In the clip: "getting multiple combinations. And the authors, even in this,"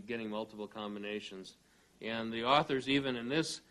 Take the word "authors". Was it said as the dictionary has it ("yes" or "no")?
yes